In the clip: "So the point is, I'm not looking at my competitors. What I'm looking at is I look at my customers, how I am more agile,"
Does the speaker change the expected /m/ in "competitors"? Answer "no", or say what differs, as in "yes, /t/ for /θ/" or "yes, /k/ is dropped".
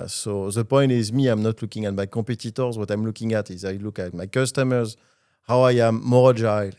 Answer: yes, /m/ is dropped